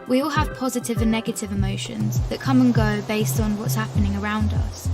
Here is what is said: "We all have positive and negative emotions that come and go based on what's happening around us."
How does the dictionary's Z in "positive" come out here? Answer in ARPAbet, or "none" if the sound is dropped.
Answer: Z